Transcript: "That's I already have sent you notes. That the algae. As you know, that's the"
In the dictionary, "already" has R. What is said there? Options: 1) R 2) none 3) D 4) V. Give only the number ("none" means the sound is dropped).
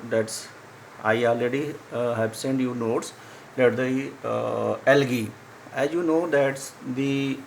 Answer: 2